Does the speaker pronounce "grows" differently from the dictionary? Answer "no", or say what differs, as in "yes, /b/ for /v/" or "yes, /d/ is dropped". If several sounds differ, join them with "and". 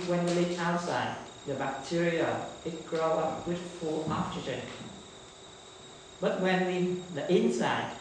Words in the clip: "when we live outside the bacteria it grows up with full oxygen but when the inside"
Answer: yes, /z/ is dropped